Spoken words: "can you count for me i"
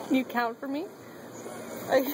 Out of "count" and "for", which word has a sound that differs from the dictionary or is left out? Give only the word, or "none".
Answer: none